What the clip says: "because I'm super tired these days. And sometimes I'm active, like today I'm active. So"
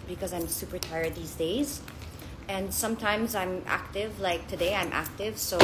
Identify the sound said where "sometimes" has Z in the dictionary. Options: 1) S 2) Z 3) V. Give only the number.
2